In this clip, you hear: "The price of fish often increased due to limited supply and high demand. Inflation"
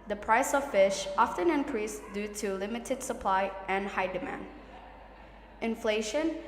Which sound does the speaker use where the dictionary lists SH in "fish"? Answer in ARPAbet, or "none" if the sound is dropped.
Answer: SH